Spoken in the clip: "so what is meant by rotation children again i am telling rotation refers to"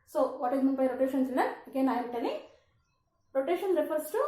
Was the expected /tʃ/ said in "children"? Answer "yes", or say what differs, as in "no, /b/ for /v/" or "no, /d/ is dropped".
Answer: no, /s/ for /tʃ/